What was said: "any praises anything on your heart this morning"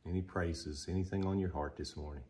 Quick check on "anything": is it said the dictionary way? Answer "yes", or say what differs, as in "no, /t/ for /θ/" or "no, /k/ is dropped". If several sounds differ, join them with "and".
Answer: yes